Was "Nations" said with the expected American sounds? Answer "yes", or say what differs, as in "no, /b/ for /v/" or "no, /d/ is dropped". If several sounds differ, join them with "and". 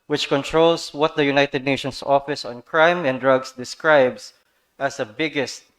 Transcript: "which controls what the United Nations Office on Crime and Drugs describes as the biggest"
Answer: no, /s/ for /z/